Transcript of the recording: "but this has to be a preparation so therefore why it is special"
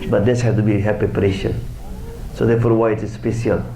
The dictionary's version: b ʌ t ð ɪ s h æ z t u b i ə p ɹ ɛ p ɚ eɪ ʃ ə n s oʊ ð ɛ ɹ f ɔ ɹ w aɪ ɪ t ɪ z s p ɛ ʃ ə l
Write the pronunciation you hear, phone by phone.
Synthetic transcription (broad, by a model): b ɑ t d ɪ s h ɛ s t u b i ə p ɹ ɛ p ɚ eɪ ʃ ə n s oʊ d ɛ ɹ f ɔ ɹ w aɪ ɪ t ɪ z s p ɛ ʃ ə l